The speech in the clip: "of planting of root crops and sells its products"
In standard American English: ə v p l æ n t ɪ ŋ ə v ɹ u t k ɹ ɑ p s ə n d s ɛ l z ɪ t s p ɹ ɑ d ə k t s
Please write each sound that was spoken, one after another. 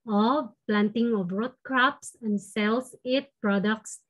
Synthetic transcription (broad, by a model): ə p l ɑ n t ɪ ŋ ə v ɹ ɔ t k ɹ ɑ p s ə n d s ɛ l s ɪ t p ɹ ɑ d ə k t s